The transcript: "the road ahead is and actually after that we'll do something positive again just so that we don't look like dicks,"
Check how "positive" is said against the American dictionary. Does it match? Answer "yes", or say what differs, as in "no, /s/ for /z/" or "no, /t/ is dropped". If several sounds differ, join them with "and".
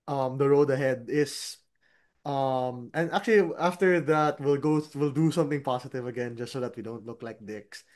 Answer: no, /s/ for /z/